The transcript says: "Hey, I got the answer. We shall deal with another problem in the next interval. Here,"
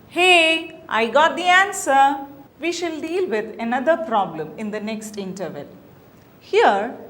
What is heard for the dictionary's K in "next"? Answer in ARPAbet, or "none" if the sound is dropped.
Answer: K